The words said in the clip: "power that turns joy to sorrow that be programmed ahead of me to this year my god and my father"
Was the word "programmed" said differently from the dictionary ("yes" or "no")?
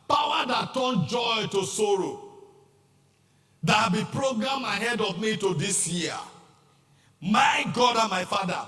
yes